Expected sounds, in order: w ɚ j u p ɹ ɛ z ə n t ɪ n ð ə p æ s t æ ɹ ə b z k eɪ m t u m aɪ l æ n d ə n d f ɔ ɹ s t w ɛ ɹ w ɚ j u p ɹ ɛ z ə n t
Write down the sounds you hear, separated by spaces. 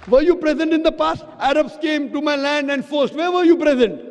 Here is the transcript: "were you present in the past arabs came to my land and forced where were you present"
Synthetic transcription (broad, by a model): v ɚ j u p ɹ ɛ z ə n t ɪ n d ə p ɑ s t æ ɹ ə b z k eɪ m t u m aɪ l æ n d ə n d f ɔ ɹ s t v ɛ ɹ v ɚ j u p ɹ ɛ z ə n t